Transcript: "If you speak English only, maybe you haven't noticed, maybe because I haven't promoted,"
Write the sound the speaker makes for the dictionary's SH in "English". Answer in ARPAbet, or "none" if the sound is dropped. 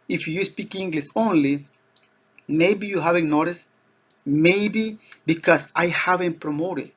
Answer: S